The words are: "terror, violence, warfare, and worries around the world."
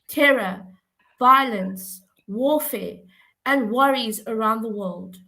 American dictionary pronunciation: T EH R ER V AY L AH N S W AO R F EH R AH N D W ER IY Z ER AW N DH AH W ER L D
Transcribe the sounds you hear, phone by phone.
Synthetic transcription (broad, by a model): T EH R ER V AY L AH N S W AO F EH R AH N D W ER IY Z ER AW N DH AH W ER L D